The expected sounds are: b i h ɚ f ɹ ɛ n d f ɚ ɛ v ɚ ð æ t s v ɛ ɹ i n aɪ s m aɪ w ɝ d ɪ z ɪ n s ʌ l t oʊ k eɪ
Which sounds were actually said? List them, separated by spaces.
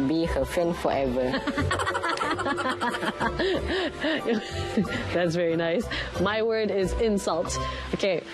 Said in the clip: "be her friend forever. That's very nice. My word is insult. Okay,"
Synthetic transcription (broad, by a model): b i h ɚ f ɹ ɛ n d f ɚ ɛ v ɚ ð æ t s v ɛ ɹ i n aɪ s m aɪ w ɝ d ɪ z ɪ n s ʌ l t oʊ k eɪ